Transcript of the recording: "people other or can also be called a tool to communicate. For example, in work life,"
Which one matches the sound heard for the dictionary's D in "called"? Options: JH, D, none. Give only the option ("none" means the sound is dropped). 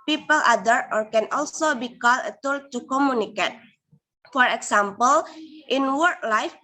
none